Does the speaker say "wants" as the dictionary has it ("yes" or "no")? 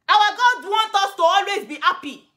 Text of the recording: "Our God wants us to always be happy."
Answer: no